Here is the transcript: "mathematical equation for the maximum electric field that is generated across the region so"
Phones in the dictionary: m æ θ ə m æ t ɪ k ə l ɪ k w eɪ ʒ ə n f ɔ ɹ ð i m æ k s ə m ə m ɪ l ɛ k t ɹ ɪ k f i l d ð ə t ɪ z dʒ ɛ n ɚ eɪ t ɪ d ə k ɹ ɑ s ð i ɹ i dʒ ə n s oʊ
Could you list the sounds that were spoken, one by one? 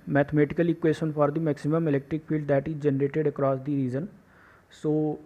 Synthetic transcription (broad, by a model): m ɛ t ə m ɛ t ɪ k ə l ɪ k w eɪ ʃ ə n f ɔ ɹ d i m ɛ k s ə m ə m ɪ l ɛ k t ɹ ɪ k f i l d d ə t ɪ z dʒ ɛ n ɚ eɪ t ɪ d ə k ɹ ɑ s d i ɹ i z ə n s oʊ